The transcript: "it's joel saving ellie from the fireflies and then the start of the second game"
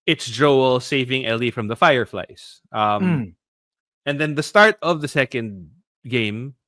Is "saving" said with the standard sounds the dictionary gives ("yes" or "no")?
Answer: yes